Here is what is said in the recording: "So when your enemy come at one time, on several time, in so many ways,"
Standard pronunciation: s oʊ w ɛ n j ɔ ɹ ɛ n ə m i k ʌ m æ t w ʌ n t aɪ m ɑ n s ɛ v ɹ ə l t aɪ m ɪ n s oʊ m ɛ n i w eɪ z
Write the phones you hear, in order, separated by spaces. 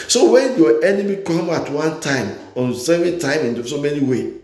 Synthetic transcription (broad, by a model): s oʊ w ɛ n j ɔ ɛ n ə m i k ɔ m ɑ t w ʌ n t aɪ m ɑ n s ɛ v ə n t aɪ m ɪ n s oʊ m ɛ n i w eɪ